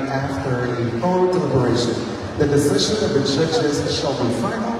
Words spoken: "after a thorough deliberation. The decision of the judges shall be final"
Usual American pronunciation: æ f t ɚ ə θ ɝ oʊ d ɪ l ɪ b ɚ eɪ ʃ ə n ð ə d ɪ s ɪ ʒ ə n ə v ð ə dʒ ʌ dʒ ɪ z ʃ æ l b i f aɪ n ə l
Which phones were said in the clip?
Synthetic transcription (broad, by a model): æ f t ɚ ə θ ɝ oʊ d ɪ l ɪ b ɚ eɪ ʃ ə n ð ə d ɪ s ɪ ʒ ə n ə v ð ə tʃ ʌ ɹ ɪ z ʃ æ l b i f aɪ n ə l